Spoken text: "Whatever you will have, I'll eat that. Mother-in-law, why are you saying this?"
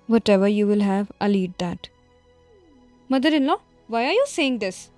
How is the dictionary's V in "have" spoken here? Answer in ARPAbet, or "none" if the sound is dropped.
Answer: V